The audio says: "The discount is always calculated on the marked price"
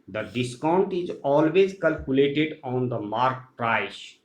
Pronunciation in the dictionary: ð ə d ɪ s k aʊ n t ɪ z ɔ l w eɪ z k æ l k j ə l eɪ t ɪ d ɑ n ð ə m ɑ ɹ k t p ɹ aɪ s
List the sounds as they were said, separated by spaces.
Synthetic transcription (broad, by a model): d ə d ɪ s k aʊ n t ɪ z ɔ l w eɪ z k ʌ l k j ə l eɪ t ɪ d ɑ n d ə m ɑ ɹ k t ɹ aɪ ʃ